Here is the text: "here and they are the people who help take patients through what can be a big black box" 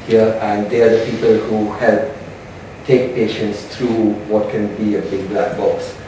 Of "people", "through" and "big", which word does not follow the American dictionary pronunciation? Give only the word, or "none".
through